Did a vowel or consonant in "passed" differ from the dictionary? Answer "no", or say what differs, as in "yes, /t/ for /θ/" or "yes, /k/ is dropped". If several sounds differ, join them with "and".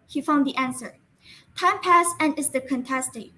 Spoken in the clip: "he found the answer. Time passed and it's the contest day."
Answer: yes, /t/ is dropped